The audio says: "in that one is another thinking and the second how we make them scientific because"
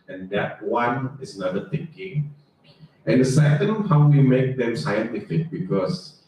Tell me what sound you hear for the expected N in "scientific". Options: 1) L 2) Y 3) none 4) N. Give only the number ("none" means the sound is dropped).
4